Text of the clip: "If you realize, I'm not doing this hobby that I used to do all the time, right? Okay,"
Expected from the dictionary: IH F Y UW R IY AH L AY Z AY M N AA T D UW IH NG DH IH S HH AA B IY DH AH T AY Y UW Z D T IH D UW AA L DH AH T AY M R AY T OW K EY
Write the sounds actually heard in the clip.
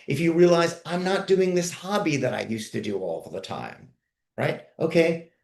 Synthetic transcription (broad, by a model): IH F Y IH R IY AH L AY Z AY M N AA T D UW IH NG DH IH S HH AA B IY DH AH T AY Y UW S T IH D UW AA L DH AH T AY M R AY T OW K EY